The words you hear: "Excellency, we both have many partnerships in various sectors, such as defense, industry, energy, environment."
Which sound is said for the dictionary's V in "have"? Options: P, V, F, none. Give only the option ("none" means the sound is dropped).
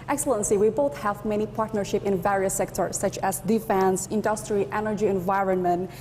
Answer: V